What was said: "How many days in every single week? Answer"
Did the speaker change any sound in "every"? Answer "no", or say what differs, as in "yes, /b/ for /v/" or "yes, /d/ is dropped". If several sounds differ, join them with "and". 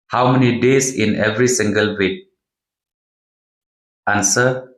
no